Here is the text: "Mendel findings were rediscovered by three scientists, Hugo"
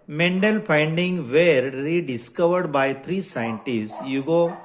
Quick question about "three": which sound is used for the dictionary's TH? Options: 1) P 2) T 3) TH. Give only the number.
2